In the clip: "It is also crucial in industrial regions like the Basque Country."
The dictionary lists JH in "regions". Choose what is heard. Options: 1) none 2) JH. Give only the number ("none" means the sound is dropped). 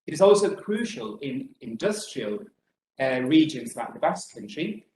2